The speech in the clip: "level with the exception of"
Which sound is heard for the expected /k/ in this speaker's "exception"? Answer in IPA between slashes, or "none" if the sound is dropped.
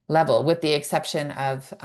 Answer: /k/